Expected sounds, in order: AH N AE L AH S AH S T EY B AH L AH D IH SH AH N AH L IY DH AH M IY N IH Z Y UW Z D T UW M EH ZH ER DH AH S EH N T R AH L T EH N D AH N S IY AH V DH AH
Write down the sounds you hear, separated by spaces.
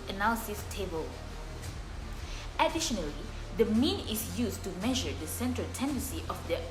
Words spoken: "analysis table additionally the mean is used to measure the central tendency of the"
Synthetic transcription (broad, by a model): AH N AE L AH S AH S T EY B AH L AH D IH SH AH N AH L IY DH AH M IY N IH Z Y UW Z T UW M EH ZH ER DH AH S EH N T R AH L T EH N D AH N S IY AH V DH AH